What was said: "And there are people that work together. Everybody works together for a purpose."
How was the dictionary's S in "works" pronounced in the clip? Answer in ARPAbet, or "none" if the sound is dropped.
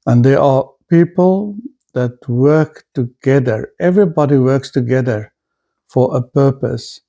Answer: S